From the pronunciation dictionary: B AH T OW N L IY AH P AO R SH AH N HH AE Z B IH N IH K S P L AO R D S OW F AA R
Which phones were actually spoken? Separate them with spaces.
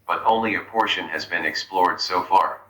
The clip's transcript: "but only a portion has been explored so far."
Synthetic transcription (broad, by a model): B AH T OW N L IY AH P AO R SH AH N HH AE Z B IH N IH K S P L AO R D S OW F AA R